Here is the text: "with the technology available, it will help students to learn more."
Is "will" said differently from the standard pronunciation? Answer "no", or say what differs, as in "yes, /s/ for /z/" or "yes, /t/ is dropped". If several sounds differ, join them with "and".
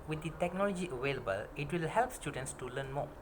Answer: no